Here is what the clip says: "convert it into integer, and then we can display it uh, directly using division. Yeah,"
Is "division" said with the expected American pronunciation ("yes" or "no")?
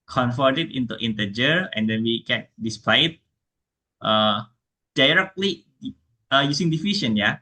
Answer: no